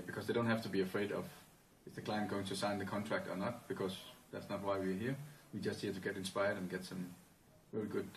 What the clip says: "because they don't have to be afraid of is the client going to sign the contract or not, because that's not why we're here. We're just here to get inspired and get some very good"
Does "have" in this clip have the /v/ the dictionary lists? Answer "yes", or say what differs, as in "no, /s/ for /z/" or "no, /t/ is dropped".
no, /f/ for /v/